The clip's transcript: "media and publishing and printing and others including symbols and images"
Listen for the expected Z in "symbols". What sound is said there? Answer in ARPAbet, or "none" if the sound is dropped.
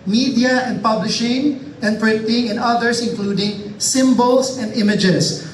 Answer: S